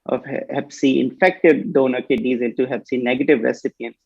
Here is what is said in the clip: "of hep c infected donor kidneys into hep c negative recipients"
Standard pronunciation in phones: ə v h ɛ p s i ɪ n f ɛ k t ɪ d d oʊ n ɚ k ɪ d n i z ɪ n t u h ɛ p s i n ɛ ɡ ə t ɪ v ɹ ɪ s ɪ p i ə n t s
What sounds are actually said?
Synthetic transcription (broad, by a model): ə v h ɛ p s i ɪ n f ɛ k t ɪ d d oʊ n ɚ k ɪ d i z ɪ n t u h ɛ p s i n ɛ ɡ ə t ɪ v ɹ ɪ s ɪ p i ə n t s